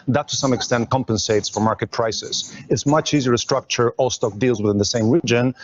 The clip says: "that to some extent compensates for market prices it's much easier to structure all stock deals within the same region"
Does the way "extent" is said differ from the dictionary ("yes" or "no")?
no